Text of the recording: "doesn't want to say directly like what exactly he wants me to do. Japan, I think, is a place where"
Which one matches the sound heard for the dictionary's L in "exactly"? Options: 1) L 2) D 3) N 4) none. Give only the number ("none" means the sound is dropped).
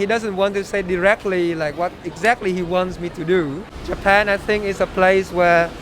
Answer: 1